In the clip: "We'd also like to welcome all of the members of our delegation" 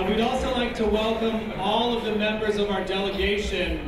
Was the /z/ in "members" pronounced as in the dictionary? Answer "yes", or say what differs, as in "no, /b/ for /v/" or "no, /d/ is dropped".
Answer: yes